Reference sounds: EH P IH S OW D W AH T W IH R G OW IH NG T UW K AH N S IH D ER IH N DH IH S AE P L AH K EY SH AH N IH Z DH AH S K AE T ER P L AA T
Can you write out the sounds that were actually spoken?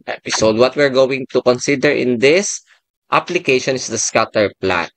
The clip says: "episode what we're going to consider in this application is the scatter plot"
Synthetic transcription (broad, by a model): EH P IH S OW D W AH T W IH R G OW IH NG T UW K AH N S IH D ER IH N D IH S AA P L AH K EY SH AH N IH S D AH S K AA T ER P L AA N